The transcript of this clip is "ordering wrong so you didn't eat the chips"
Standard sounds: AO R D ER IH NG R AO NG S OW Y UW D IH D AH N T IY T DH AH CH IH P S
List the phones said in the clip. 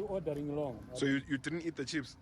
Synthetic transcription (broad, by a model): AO D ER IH NG L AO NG S OW Y UW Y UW D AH N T IY T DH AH CH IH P S